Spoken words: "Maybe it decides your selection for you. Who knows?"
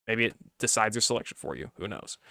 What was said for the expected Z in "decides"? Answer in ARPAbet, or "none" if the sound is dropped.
Z